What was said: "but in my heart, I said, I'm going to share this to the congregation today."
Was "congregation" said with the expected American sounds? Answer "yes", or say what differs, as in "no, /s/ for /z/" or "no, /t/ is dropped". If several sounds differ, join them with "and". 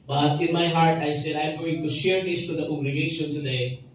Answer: no, /ŋ/ is dropped